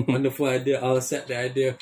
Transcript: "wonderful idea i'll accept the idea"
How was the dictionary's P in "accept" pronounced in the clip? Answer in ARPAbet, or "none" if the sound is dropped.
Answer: none